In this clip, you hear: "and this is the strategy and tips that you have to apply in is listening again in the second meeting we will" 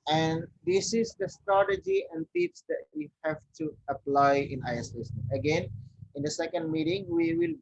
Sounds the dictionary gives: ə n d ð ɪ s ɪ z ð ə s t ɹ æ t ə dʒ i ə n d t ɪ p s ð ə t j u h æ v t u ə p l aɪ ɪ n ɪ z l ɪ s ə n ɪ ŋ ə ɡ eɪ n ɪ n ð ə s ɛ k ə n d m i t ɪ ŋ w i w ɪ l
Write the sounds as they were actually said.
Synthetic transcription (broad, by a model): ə n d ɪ s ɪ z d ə s t ɹ æ t ə dʒ i ə n d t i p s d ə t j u h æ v t u ə p l aɪ ɪ n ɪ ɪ ə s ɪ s ə ɡ eɪ n ɪ n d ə s ɛ k ə n d m i t ɪ ŋ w i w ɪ l